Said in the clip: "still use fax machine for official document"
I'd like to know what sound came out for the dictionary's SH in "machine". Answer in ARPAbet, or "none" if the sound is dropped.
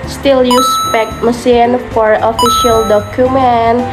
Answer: S